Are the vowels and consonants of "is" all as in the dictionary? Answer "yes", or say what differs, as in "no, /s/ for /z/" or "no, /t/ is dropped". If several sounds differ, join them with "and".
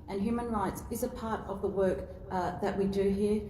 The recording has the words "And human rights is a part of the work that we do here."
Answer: yes